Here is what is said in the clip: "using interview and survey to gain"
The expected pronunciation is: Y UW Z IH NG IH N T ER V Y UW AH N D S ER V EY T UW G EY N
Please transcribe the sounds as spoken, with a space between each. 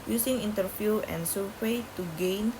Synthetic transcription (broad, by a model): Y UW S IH NG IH N T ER F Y UW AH N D S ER W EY T UW G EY N